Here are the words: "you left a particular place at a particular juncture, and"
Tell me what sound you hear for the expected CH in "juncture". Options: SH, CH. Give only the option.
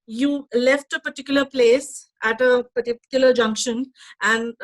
SH